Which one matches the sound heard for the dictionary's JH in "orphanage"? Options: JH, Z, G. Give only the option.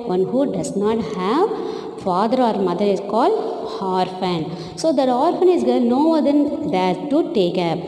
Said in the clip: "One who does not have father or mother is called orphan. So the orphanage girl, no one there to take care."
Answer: Z